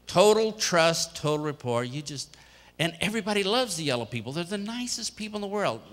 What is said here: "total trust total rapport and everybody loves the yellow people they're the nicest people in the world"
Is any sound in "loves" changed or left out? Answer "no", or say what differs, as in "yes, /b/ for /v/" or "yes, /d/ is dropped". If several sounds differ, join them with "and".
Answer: no